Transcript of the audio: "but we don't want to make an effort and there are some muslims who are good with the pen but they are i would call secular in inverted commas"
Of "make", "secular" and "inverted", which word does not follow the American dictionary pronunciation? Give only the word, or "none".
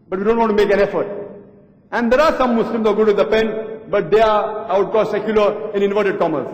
none